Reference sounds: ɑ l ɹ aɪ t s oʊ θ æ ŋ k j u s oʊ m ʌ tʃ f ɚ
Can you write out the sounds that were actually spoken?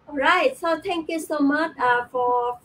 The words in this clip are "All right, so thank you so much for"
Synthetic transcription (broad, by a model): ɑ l ɹ aɪ t s oʊ t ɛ ŋ k j u s oʊ m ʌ tʃ f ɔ